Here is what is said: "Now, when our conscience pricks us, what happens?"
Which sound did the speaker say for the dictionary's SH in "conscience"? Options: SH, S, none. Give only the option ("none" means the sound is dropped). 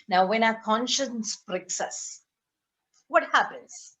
SH